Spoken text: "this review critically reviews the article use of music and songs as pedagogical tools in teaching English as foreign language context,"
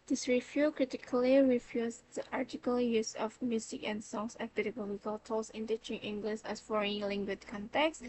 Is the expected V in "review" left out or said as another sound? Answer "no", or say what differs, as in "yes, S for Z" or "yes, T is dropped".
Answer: yes, F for V